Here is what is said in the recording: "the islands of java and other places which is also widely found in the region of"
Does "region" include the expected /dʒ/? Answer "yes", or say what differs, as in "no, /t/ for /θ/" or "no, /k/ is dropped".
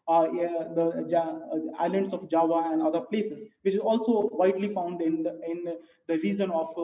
no, /z/ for /dʒ/